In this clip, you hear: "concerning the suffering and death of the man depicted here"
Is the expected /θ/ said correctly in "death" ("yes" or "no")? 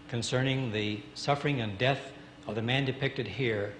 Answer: yes